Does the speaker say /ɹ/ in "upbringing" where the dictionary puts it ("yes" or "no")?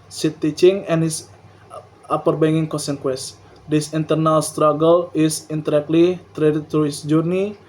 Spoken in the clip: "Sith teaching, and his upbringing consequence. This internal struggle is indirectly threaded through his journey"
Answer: no